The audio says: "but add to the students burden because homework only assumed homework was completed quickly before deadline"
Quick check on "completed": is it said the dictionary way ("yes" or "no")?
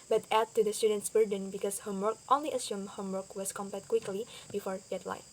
no